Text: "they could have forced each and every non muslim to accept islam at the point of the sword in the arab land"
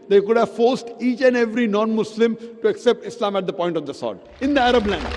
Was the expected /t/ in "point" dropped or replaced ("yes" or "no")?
no